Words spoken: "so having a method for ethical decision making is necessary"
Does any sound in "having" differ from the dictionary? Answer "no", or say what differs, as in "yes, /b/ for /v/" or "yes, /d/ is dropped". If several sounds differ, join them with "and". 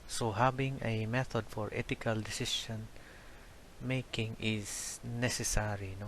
yes, /b/ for /v/